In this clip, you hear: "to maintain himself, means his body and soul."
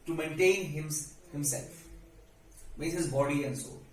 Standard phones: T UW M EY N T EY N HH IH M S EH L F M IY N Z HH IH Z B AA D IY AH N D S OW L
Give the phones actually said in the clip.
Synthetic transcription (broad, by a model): T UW M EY N T EY N HH IH M S EH L F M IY Z HH IH Z B AA D IY AH N D S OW